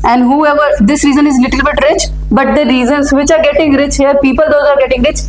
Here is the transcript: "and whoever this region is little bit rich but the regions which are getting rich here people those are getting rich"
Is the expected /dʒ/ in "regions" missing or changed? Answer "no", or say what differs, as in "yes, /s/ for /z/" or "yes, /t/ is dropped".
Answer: yes, /z/ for /dʒ/